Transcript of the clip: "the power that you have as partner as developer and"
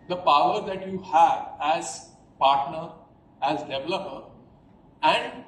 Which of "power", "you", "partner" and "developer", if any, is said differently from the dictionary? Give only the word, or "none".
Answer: none